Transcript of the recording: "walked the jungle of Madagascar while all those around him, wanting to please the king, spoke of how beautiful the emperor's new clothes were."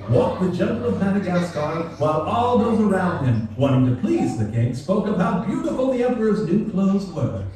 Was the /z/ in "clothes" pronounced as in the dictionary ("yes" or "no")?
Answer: yes